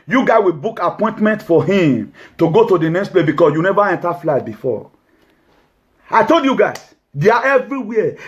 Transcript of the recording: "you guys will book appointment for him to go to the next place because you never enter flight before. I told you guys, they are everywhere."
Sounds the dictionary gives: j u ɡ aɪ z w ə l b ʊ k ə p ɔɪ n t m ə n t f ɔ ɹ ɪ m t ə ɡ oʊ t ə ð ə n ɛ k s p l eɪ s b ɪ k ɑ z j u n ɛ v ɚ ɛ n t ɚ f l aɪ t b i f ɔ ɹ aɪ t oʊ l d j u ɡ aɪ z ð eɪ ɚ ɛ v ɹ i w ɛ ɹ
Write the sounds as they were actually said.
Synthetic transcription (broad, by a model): j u ɡ aɪ w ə b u k ə p ɔɪ n t m ə n t f ɔ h ɪ m t ə ɡ oʊ t ə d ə n ɛ k s p l eɪ s b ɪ k ɑ s j u n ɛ v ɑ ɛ n t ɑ f l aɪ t b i f ɔ aɪ t oʊ l d j u ɡ aɪ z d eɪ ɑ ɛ v ɹ i w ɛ